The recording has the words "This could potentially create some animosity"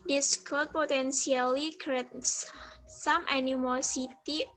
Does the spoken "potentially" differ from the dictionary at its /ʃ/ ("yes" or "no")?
yes